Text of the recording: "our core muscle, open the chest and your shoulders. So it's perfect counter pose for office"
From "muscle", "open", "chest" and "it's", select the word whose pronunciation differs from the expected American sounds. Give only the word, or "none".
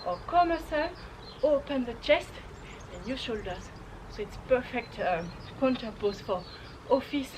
none